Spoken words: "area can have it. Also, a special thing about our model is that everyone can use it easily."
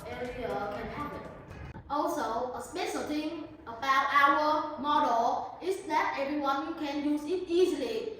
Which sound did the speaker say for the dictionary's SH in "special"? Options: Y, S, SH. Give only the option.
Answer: S